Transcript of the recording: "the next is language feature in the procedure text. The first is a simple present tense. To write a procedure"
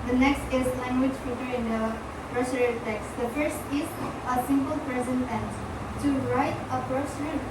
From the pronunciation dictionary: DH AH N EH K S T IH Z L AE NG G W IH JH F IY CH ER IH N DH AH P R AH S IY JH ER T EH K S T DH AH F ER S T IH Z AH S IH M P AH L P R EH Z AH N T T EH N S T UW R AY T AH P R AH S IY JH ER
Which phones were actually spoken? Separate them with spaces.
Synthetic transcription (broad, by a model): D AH N EH K S T IH Z L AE NG G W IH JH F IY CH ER IH N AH P R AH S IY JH T EH K S T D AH F ER S T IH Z AH S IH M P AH L P R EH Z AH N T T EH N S T UW R AY T AH P R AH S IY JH